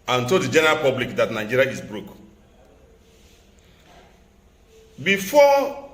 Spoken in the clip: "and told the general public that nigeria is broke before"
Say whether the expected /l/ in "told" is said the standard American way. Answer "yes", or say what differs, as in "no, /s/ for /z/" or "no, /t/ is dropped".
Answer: no, /l/ is dropped